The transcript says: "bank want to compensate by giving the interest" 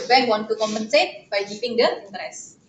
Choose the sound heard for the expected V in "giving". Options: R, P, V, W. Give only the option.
P